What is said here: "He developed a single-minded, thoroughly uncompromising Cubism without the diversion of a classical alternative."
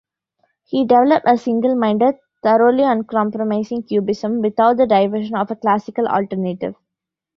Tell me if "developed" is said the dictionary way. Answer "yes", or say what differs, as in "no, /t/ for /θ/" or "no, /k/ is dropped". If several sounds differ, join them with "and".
yes